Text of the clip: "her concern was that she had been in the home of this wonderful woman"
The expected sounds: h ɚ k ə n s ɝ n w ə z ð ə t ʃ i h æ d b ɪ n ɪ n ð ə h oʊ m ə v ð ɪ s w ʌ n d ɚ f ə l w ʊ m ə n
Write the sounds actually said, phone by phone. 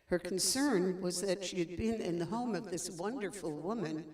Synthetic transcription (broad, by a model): h ɚ k n s ɝ n w ə z ð ə t ʃ i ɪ d b ɪ n ɪ n ð ə h oʊ m ə v ð ɪ s w ʌ n d ɚ f l w ʊ m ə n